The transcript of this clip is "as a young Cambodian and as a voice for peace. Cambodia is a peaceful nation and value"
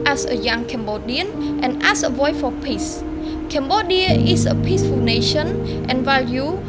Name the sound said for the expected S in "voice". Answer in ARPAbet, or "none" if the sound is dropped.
none